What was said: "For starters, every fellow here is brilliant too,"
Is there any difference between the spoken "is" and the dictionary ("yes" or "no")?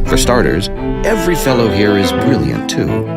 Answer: no